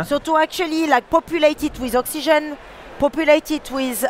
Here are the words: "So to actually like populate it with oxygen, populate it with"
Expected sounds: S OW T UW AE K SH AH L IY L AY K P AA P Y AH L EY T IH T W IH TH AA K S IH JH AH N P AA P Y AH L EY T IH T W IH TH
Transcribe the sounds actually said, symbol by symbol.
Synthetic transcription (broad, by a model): S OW T UW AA K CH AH L IY L AY K P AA P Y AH L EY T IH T W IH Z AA K S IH ZH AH N P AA P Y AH L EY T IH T W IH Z